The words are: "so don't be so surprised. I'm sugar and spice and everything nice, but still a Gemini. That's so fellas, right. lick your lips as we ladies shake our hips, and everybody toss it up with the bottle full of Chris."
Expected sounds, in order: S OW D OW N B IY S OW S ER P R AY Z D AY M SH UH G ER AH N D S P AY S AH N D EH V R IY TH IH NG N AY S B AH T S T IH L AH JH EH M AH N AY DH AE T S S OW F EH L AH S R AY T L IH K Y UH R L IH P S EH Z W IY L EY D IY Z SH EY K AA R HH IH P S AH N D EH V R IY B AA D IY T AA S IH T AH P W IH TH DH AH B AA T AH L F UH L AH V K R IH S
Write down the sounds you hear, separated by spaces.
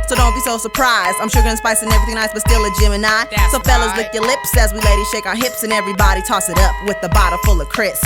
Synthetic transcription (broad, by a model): S OW D OW N B IY S OW S ER P R AY Z D AY M SH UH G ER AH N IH S P AY S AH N EH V IY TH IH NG N AY S B AH T S T IH L AH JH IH M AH N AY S S OW F EH L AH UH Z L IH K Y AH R L IH P S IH Z W IY L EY D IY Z SH EY K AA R HH IH P S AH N EH V R IY B AA D IY T AA S IH T AH P W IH DH AH B AA T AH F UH L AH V K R IH S